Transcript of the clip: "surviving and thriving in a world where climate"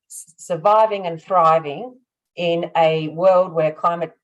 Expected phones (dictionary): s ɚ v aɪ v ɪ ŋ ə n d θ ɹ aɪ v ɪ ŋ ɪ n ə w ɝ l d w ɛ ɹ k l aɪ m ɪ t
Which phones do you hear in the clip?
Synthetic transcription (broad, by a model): s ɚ v aɪ v ɪ ŋ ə n θ ɹ aɪ v ɪ ŋ ɪ n ə w ɝ l d w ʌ ɹ k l aɪ m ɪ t